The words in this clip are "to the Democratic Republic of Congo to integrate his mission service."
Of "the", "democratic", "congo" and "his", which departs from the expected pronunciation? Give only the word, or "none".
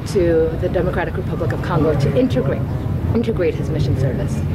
none